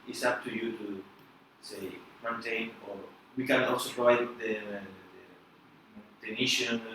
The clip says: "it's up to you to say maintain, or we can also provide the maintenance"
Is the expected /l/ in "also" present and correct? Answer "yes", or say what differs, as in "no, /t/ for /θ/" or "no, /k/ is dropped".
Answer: yes